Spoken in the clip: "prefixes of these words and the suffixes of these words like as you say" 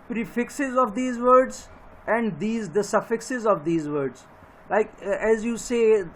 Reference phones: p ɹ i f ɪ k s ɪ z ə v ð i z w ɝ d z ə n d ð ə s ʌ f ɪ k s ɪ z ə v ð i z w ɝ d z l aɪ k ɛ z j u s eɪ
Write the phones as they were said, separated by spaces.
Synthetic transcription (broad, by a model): p ɹ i f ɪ k s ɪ z ə v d i z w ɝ d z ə n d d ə s ʌ f ɪ k s ɪ z ə v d i z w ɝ d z l aɪ k ɛ z j u s eɪ